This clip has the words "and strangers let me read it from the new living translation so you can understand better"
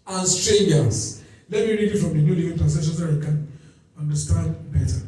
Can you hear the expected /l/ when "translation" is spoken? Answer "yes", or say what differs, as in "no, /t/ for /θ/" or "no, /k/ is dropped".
no, /l/ is dropped